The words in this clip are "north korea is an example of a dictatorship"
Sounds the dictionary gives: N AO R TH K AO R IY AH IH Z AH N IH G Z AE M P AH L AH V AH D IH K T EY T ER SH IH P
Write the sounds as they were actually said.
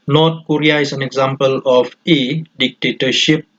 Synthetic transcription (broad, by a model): N AO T K AO R IY AH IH S AH N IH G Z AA M P AH L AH F AH D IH K T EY T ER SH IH P